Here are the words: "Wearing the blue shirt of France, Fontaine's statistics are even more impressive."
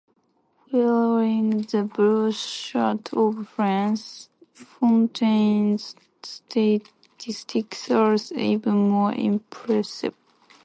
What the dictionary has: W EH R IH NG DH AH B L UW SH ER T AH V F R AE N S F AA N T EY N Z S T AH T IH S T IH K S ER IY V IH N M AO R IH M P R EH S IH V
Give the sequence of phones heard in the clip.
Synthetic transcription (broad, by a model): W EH L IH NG DH AH B UW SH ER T AH V F R AE N S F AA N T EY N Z S T AH T IH S T IH K S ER IY V IH N M AO R IH M P R EH S IH V